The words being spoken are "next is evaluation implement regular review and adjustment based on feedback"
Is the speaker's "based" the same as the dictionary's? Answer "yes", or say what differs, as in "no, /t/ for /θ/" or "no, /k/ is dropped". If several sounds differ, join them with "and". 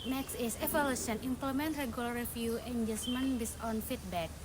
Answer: no, /t/ is dropped